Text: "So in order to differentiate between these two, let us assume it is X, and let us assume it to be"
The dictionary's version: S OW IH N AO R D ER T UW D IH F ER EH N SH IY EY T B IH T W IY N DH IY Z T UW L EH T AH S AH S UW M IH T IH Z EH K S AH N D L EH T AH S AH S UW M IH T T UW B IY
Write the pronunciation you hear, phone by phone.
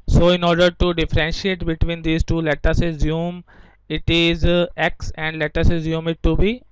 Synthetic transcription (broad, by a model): S OW IH N AO R D ER T UW D IH F ER EH N SH IY EY T B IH T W IY N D IY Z T UW L EH T AH S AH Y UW M IH T IH Z EH K S AH N D L EH T AH S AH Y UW M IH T T UW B IY